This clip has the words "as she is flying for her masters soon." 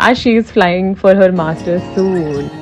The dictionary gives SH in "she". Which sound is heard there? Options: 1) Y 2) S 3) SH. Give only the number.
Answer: 3